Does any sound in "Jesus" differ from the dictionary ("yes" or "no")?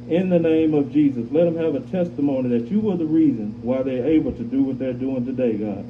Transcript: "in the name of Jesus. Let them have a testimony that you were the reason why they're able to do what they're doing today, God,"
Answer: no